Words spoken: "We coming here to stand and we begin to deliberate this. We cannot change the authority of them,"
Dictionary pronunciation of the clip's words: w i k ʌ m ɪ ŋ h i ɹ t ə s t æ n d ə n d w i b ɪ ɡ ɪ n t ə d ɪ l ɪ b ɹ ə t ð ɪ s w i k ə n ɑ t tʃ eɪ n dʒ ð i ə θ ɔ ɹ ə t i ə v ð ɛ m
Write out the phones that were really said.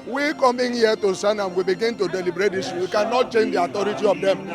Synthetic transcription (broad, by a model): w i k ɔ m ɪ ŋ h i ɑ t ə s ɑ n ə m w i b ɪ ɡ ɪ n t ə d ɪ l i b ɹ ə t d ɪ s w i k ə n ɑ t tʃ eɪ n dʒ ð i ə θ ɔ ɹ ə t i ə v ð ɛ m